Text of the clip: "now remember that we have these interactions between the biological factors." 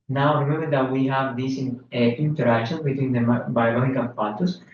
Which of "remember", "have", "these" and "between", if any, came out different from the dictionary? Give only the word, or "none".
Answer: these